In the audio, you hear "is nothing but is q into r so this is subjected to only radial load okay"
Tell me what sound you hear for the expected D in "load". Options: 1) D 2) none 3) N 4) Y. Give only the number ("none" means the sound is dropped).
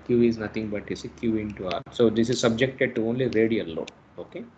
2